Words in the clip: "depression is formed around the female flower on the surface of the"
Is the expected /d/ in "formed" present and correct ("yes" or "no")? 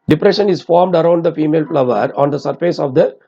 yes